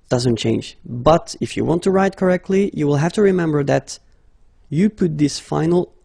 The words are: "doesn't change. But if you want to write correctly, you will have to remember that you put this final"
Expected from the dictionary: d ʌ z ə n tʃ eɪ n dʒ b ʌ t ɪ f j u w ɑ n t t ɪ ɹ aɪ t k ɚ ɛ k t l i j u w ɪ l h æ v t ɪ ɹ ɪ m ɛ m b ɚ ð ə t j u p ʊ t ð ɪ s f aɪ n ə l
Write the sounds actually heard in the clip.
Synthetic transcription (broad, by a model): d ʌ z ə n tʃ eɪ n dʒ b ʌ t ɪ f j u w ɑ n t t ɪ ɹ aɪ t k ɚ ɛ k t l i j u w ɪ l h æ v t ɪ ɹ ɪ m ɛ m b ɚ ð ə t j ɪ p ʊ t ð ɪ s f aɪ n l